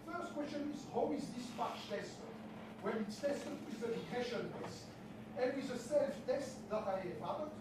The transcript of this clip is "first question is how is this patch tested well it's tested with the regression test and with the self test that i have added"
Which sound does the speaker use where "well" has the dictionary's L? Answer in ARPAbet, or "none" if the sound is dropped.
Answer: N